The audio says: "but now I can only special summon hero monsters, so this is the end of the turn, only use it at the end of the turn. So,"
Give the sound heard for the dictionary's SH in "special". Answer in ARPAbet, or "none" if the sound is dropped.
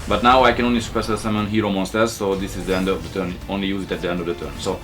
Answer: S